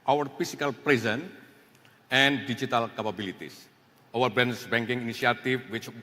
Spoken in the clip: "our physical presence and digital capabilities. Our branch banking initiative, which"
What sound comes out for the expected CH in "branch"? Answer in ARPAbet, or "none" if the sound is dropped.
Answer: S